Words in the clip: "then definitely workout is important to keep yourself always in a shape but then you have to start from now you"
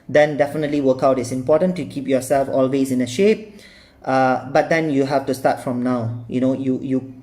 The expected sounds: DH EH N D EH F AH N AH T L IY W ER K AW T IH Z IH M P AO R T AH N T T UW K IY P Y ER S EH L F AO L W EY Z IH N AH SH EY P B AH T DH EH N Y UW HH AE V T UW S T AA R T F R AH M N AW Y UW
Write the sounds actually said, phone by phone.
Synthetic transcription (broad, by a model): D EH N D EH F AH N AH T L IY W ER K AW T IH S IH M P AO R T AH N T T UW K IY P Y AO S EH L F AO L W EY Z IH N AH SH EY P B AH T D EH N Y UW HH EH F T UW S T AA T F R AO M N AW Y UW